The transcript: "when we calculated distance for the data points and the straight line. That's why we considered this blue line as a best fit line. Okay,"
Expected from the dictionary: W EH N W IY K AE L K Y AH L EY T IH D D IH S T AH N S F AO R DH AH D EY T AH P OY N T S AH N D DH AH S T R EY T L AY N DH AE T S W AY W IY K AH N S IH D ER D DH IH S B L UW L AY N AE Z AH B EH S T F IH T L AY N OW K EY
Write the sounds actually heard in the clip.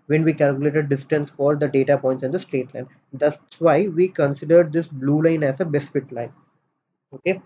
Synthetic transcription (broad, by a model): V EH N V IY K AE L K Y AH L EY T IH D D IH S T AH N S F AO R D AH D EY T AH P OY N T S AH N D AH S T R EY T L AY N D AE S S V AY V IY K AH N S IH D ER D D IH S B L UW L AY N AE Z AH B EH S F IH T L AY N OW K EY